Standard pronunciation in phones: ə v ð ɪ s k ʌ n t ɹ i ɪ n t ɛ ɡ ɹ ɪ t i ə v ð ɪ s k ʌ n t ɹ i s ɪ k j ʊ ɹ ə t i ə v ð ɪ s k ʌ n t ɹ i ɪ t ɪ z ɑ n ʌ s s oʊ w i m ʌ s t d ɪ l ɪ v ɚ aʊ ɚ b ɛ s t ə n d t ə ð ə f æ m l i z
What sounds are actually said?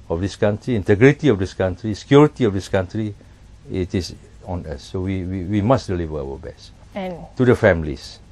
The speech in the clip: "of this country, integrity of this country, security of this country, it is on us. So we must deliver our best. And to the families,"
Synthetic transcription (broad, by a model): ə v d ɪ s k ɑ n t ɹ i ɪ n t ɛ ɡ ɹ ɪ t i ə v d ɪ s k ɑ n t ɹ i s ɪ k j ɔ ɹ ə t i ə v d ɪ s k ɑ n t ɹ i ɪ t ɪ s ɑ n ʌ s s oʊ w i m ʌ s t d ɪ l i v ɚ aʊ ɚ b ɛ s t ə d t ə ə f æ m l i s